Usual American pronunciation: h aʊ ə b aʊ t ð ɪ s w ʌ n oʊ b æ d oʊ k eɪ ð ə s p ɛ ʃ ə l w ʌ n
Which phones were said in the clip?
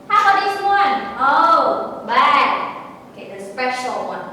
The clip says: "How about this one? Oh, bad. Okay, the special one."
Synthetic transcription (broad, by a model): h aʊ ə aʊ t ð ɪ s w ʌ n oʊ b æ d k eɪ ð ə s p ɛ ʃ l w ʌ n